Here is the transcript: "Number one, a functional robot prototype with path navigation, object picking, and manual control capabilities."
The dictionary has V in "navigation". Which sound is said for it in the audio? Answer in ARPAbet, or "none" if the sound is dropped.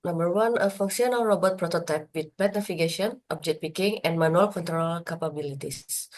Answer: F